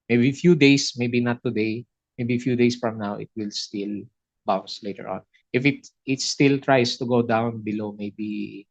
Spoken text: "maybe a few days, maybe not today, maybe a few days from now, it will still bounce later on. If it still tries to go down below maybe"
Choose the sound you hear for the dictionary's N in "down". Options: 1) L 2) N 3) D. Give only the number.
2